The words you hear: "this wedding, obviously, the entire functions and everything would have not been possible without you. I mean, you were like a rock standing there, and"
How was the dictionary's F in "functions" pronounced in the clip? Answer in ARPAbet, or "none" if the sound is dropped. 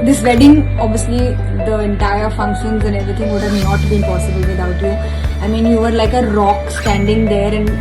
F